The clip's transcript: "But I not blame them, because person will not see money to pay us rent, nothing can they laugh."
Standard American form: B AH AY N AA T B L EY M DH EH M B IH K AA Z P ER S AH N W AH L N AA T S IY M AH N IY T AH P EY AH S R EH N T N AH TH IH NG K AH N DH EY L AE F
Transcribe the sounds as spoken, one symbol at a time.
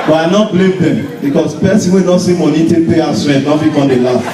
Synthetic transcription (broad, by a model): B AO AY N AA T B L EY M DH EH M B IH K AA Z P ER S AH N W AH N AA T S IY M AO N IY T AH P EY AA S W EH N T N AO F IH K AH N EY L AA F